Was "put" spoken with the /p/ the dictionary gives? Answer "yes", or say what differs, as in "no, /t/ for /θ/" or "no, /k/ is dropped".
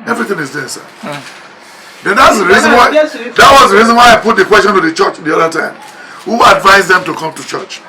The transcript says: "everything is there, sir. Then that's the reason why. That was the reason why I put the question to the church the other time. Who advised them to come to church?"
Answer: yes